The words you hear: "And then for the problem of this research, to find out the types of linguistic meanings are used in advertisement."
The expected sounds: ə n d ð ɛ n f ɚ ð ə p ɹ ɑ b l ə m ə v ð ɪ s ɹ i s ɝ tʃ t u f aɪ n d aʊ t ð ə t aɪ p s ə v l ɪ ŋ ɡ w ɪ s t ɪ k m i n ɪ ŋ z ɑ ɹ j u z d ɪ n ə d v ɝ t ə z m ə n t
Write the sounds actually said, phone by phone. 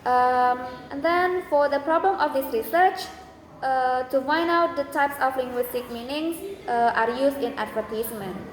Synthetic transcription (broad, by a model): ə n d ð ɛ n f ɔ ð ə p ɹ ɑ b l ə m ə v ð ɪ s ɹ i s ɝ tʃ t u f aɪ n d aʊ t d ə t aɪ p s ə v l ɪ ŋ ɡ w ɪ s t ɪ k m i n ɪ ŋ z ɑ ɹ j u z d ɪ n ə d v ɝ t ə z m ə n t